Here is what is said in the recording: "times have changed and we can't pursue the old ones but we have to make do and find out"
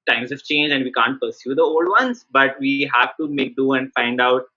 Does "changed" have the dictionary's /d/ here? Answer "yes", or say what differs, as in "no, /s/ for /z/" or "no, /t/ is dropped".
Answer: no, /d/ is dropped